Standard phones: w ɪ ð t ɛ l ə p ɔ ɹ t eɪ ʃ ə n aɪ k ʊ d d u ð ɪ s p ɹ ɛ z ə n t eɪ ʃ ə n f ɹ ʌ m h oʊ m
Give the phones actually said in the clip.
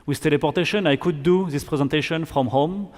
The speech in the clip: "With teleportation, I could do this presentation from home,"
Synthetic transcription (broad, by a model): w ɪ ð t ɛ l ə p ɔ ɹ t eɪ ʃ ə n aɪ k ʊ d d u ð ɪ s p ɹ ɛ z ə n t eɪ ʃ ə n f ɹ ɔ m h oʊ m